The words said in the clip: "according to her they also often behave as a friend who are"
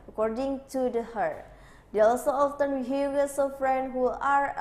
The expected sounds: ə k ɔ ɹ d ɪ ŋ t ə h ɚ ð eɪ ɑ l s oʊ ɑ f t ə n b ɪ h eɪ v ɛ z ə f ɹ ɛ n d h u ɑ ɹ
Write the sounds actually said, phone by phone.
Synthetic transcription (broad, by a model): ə k ɔ ɹ d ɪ ŋ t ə h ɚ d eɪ ɑ l s oʊ ɑ f t ə n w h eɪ w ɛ s ə f ɹ ɛ n d h u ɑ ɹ